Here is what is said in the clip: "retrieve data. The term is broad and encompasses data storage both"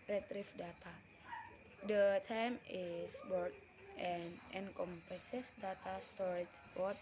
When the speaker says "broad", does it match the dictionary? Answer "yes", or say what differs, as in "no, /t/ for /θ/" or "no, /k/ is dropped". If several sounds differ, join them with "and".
no, /ɹ/ is dropped